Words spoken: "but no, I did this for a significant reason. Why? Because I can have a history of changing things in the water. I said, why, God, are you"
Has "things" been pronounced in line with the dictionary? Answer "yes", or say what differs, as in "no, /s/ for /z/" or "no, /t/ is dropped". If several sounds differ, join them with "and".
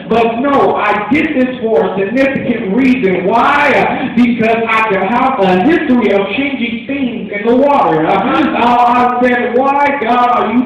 yes